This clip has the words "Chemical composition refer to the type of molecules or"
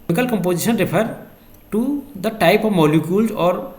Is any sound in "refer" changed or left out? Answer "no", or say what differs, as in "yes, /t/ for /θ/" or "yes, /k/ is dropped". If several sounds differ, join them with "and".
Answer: yes, /p/ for /f/